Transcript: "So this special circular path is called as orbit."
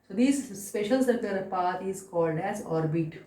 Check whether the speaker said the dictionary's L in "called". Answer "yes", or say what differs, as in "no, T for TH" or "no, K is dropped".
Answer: yes